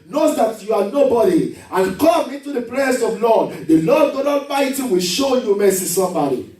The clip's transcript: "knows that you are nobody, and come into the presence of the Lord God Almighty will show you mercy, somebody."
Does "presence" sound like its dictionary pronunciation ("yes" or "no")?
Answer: no